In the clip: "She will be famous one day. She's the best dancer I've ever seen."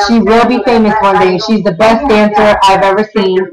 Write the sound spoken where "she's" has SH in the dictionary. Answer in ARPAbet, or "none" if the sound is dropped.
SH